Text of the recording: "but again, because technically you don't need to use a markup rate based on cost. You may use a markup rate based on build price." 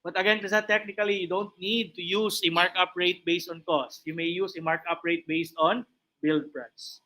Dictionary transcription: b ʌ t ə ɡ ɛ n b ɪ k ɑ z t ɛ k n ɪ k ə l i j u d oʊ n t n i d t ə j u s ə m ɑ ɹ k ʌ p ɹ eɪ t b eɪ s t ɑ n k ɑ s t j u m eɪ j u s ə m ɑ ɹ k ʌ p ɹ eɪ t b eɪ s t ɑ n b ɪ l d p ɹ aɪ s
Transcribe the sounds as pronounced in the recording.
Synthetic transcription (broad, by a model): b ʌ t ə ɡ ɛ n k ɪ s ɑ t ɛ k n ɪ k ə l i j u d oʊ n t n i d t ə j u s ə m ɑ ɹ k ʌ p ɹ eɪ t b eɪ s t ɑ n k ɑ s t j u m eɪ j u s ə m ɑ ɹ k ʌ p ɹ eɪ t b eɪ s t ɑ n b ɪ l d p ɹ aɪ s